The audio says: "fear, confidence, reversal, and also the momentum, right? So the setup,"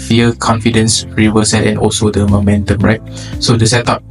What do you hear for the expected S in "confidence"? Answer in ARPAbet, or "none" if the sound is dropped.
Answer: S